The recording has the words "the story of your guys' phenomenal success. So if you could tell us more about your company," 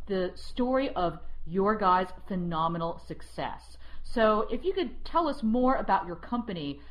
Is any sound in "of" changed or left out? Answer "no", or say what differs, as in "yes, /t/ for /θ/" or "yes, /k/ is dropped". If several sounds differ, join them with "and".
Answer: no